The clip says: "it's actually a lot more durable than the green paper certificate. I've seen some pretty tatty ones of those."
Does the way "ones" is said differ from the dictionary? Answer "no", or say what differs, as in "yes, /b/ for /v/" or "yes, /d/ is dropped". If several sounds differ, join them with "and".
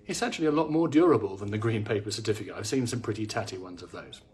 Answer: no